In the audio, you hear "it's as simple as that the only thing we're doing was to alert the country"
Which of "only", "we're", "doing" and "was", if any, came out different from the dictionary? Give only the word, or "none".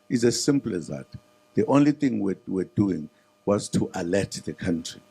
we're